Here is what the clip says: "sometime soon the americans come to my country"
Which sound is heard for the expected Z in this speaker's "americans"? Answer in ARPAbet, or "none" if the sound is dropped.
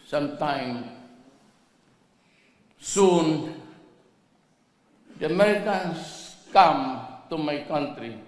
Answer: S